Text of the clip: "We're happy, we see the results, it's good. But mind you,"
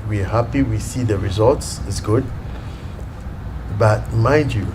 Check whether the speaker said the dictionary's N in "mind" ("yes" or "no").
no